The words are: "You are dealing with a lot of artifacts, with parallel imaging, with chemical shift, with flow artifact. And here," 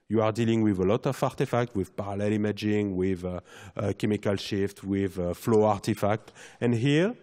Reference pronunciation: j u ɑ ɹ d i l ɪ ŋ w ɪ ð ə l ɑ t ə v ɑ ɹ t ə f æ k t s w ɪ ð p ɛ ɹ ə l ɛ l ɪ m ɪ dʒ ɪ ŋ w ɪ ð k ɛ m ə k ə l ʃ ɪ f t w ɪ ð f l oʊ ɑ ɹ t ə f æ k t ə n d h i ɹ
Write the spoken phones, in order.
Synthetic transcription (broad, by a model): j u ɑ ɹ d i l ɪ ŋ w ɪ ð ə l ɑ t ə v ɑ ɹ t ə f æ k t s w ɪ ð p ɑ ɹ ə l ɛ l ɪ m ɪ dʒ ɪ ŋ w ɪ ð k ɛ m ə k ə l ʃ ɪ f t w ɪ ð f l oʊ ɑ ɹ t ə f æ k t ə n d h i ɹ